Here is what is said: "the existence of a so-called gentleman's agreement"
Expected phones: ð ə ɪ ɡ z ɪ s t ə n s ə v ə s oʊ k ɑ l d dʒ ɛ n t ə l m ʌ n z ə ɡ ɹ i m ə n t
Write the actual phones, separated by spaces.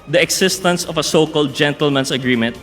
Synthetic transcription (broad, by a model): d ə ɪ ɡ s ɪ s t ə n s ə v ə s oʊ k ɑ l d dʒ ɛ n t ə l m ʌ n s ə ɡ ɹ i m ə n t